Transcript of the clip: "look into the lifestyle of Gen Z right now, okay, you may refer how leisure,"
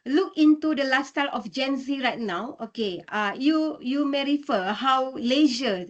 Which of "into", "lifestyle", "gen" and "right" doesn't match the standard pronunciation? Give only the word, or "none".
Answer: lifestyle